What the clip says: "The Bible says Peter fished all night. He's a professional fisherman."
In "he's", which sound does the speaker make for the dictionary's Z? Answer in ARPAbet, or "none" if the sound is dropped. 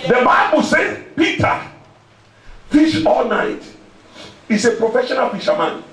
S